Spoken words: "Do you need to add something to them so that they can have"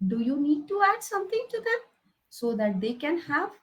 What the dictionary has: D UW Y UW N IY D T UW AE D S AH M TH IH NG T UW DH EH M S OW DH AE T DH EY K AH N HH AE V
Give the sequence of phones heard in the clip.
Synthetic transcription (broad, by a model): D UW Y UW N IY D T UW AE D S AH M T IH NG T UW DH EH M S OW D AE T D EY K AH N HH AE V